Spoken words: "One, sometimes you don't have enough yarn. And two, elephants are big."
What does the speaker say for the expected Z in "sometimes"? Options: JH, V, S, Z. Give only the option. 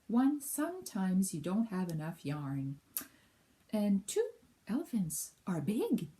Z